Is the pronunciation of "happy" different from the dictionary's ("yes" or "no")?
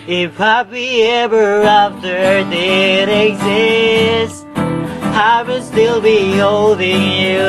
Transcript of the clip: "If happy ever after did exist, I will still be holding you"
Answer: yes